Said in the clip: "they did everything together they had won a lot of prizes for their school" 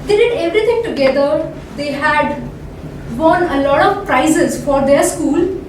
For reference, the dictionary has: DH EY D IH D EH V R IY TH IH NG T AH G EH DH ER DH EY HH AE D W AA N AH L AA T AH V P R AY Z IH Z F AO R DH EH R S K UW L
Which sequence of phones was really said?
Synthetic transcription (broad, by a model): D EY D IH D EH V R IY T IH NG T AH G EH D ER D EY HH AE D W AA N AH L AA T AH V P R AY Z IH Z F AO R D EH R S K UW L